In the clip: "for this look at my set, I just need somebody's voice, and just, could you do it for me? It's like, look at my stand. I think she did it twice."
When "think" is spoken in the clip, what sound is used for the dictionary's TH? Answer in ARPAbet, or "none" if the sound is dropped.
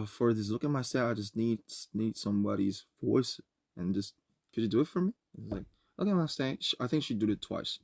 TH